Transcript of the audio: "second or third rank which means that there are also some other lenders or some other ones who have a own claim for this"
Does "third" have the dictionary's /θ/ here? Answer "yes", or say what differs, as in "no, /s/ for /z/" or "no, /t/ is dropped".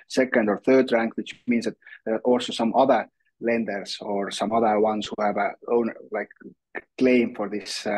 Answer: yes